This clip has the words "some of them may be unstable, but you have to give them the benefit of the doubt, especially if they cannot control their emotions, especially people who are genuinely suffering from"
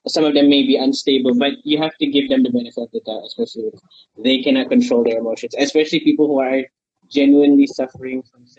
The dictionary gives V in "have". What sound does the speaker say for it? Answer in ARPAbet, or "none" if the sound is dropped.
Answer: F